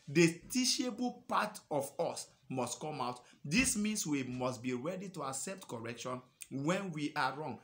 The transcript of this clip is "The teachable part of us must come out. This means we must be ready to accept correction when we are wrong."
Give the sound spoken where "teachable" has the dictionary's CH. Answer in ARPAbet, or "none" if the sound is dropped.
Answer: SH